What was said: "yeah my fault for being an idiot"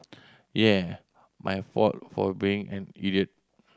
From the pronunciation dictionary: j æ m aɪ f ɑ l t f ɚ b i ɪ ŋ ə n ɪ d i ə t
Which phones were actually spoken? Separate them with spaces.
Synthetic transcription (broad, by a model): j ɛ m aɪ f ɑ t f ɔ b i ɪ ŋ ə n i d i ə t